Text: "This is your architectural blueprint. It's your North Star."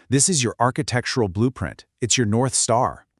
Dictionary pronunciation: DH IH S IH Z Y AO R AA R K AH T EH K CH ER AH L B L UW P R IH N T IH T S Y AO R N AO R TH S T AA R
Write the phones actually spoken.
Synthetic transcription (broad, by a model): DH IH S IH Z Y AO R AA R K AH T EH K CH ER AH L B L UW P R IH N T IH T S Y AO R N AO R TH S T AA R